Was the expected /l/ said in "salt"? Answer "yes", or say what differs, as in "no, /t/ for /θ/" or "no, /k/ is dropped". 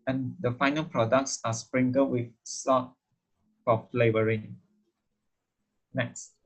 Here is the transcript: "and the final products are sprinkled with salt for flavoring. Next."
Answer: no, /l/ is dropped